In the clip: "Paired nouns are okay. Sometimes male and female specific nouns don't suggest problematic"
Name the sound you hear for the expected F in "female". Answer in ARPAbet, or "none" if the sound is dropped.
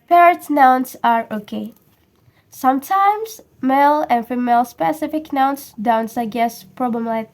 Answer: F